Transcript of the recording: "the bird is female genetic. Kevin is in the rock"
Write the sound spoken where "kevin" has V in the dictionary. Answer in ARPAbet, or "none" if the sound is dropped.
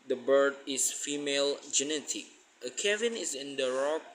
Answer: V